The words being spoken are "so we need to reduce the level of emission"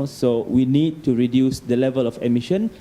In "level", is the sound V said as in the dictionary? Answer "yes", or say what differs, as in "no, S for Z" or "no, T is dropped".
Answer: yes